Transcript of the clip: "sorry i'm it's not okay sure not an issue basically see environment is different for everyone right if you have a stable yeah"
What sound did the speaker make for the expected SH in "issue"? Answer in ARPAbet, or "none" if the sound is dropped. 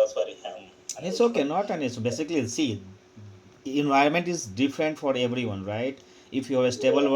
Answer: S